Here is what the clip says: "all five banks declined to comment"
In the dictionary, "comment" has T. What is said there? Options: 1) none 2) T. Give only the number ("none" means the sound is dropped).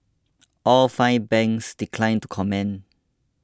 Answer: 1